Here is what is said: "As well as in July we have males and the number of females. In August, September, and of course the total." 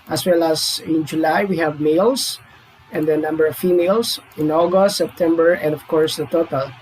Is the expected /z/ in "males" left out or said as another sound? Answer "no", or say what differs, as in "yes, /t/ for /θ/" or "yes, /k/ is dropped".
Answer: yes, /s/ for /z/